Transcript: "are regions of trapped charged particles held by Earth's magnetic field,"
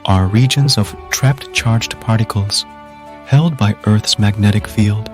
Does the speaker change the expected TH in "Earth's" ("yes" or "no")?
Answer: no